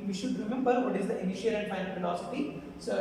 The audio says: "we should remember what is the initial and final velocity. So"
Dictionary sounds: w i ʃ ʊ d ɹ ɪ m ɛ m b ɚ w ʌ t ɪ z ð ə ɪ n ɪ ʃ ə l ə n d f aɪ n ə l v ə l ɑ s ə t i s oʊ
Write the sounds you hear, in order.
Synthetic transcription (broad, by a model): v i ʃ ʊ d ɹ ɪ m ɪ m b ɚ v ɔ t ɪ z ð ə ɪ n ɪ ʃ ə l ə n d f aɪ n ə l f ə l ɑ s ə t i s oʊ